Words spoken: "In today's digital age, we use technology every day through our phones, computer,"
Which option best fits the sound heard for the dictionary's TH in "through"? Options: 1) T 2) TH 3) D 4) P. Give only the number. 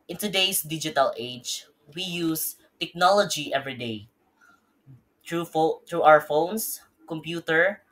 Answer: 1